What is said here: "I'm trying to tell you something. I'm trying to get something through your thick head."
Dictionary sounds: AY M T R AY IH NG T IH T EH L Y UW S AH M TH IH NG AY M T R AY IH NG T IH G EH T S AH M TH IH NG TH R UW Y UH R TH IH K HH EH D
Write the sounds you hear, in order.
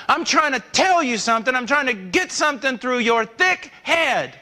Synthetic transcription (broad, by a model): AY M T R AY IH NG T IH T EH L Y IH S AH M TH IH NG AY M T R AY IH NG T IH G EH T S AH M TH IH NG TH R UW Y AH R TH IH K HH EH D